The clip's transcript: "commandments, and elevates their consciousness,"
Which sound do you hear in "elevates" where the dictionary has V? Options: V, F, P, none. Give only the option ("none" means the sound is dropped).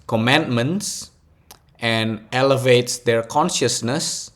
V